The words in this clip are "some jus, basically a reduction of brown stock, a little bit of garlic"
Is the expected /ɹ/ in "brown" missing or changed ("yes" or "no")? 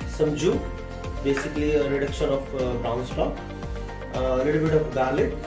yes